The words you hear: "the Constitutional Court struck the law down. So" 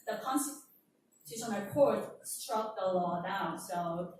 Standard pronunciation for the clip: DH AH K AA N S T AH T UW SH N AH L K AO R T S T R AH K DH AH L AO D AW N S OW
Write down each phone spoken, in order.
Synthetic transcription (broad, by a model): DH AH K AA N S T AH S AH N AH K AO R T S T R AH K DH AH L AO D AW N S OW